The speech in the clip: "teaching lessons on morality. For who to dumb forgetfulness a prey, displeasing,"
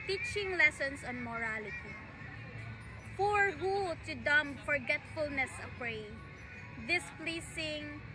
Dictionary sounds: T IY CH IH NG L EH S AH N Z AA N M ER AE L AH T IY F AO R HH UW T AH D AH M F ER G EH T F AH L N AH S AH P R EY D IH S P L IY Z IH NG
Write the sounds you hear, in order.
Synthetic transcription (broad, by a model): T IY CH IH NG L EH S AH N S AA N M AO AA L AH T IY F AO R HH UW T AH D AH M F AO G EH T F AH L N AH S AH P R EY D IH S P L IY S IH NG